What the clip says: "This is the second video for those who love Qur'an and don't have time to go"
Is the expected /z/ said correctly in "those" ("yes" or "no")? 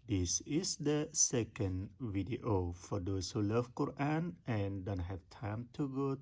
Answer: no